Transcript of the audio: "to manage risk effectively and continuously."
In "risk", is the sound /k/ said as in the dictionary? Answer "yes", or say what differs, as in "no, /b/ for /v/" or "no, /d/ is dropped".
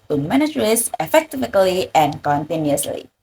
no, /k/ is dropped